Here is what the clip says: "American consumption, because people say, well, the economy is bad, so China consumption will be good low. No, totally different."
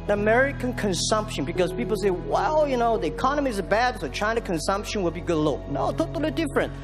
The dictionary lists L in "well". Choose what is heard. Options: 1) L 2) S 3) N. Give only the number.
3